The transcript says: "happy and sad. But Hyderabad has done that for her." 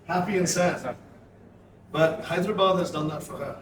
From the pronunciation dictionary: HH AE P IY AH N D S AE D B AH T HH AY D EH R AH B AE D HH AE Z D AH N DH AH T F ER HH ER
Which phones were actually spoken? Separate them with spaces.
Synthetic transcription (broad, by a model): HH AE P IY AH N S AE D B AH T HH AY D R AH B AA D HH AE Z D AH N DH AH T F ER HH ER